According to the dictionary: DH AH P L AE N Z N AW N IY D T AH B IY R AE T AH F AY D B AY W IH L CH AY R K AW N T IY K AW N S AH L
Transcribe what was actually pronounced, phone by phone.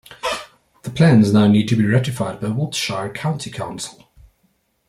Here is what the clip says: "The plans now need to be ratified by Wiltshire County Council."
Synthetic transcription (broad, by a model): DH AH P L AE N Z N AW N IY D T AH B IY R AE T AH F AY D B AY W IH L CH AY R K AW N T IY K AW N S AH L